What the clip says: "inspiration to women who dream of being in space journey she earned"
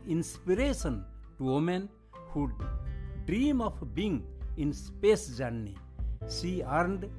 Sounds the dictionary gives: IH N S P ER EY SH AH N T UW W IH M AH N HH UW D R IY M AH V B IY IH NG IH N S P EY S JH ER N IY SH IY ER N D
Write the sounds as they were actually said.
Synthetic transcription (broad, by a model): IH N S P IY EY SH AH N T UW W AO M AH N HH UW D R IY M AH P B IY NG IH N S P EY S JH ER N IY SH IY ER N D